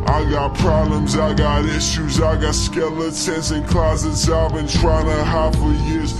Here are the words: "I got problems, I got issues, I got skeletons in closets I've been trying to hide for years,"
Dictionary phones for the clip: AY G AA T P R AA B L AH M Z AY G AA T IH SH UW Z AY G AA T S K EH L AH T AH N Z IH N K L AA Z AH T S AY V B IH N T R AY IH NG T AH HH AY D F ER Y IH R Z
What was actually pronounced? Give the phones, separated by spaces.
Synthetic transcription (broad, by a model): AY G AA T P R AA B L AH M Z AY G AA T IH SH UW Z AY G AA T S K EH L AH S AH N S IH N K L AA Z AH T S AY V B IH N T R AY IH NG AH HH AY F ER Y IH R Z